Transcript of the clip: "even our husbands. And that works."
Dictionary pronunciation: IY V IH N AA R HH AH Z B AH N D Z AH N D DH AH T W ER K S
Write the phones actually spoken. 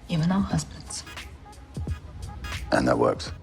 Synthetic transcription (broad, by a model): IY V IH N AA W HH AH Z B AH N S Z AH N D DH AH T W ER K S